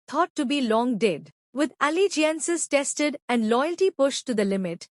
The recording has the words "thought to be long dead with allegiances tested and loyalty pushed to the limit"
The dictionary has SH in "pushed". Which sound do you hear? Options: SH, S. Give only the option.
SH